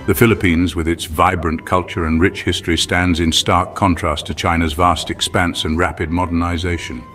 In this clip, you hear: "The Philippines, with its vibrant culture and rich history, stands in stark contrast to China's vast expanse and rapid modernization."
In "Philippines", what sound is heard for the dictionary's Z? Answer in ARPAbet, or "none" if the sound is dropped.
Z